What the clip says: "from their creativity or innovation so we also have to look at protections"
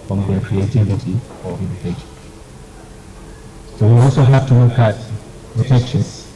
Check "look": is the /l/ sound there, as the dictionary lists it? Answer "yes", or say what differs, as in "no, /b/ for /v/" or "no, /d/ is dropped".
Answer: no, /w/ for /l/